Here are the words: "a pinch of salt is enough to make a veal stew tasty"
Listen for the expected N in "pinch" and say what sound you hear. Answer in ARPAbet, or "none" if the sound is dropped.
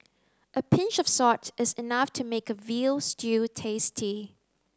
N